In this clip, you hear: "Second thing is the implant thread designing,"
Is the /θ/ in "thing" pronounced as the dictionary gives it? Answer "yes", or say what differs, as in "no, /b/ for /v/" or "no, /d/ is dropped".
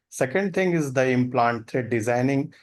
no, /t/ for /θ/